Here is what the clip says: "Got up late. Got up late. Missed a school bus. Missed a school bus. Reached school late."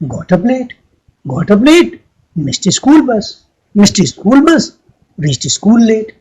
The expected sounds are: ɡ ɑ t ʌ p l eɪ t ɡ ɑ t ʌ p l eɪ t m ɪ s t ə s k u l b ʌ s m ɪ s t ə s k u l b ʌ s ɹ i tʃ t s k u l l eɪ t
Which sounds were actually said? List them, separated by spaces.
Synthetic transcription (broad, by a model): ɡ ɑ t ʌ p l eɪ t ɡ ɑ t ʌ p l eɪ t m ɪ s t ə s k u l b ʌ s m ɪ s t ə s k u l b ʌ s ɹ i s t s k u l l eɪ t